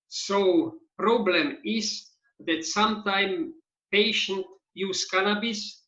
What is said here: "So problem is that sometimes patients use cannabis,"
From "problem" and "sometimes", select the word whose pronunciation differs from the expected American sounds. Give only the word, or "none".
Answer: sometimes